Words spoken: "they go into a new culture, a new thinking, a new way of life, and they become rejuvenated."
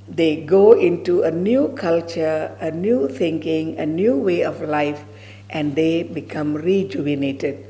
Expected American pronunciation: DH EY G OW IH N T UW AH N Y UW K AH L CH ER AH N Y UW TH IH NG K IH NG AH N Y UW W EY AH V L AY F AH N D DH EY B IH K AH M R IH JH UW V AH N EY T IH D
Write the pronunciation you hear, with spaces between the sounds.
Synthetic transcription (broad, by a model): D EY G OW IH N T UW AH N Y UW K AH L CH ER AH N Y UW T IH NG K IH NG AH N Y UW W EY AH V L AY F AH N D EY B IH K AH M R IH JH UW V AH N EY T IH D